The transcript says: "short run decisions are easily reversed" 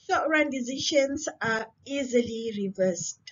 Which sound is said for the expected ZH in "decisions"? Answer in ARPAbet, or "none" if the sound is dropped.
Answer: SH